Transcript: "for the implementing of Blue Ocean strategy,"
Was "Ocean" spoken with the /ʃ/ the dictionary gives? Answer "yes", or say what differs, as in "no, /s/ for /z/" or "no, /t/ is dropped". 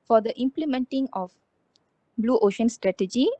yes